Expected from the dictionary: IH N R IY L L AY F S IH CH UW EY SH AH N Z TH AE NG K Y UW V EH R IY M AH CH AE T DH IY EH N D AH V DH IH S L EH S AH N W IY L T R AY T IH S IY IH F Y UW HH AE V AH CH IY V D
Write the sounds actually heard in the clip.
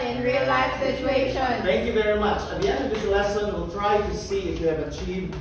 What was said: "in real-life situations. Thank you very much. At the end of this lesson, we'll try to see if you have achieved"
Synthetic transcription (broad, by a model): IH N R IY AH L AY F S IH CH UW EY SH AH N TH AE NG K Y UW V EH R IY M AH CH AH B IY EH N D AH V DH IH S L EH S AH N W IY L T R AY T IH S IY IH F Y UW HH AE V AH CH IY V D